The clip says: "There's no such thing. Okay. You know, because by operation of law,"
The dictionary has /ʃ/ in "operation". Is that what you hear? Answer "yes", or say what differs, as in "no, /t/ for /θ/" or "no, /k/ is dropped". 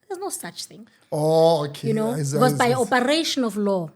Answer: yes